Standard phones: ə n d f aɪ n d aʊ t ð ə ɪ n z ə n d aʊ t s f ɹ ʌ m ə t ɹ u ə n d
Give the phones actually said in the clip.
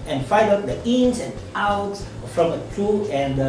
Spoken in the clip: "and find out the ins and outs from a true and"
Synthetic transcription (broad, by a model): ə n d f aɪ d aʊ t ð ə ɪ n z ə n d aʊ t s f ɹ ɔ m ə t ɹ u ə n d